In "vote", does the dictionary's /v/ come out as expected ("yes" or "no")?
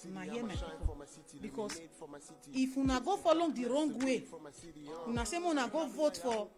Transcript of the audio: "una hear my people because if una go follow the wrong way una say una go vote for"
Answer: yes